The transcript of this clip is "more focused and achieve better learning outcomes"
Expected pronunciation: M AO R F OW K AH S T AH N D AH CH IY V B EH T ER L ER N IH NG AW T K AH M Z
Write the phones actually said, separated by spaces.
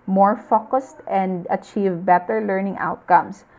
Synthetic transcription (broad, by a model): M AO R F OW K AH S T AH N D AH CH IY V B EH T ER L ER N IH NG AW T K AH M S